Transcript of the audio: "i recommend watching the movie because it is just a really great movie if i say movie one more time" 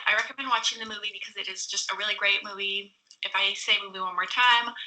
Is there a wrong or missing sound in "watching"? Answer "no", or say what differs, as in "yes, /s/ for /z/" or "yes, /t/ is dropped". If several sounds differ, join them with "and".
no